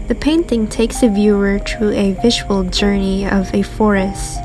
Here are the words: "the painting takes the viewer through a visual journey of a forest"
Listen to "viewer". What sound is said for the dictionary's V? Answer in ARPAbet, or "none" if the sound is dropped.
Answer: V